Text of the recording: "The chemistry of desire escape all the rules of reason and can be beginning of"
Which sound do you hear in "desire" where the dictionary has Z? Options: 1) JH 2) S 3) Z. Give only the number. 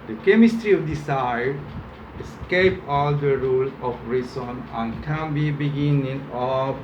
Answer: 2